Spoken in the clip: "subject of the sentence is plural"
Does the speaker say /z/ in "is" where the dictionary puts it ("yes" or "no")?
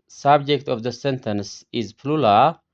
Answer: yes